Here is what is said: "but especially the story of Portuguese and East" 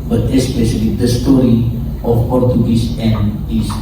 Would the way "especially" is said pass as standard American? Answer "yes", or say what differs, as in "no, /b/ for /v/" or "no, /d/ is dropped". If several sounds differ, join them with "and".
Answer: yes